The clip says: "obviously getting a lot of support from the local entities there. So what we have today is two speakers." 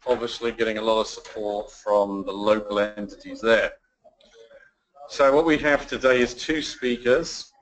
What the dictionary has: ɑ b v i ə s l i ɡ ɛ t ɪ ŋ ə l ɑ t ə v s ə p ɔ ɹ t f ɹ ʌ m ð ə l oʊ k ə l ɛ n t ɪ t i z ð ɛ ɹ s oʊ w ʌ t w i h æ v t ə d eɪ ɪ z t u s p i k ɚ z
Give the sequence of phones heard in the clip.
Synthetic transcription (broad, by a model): ɑ b v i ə s l i ɡ ɛ t ɪ ŋ ə l ɑ t ə v s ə p ɔ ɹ t f ɹ ʌ m ð ə l oʊ k ə l ɛ n t ɪ t i z ð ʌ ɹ s oʊ w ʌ t w i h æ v t ə d eɪ ɪ z t u s p i k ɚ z